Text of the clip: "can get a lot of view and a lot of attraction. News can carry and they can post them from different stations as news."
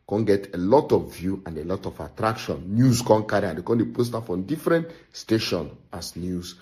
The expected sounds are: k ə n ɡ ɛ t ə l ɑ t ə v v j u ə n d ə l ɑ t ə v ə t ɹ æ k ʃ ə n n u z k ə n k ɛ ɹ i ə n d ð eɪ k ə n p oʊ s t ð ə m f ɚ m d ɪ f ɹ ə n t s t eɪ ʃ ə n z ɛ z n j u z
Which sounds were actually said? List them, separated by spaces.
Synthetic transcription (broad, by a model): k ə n ɡ ɛ t ə l ɑ t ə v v j u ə n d ə l ɑ t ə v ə t ɹ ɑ k ʃ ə n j u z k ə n k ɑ ɹ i ə n d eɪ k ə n p oʊ s t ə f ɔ d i f ɹ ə n t s t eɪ ʃ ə n ɑ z n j u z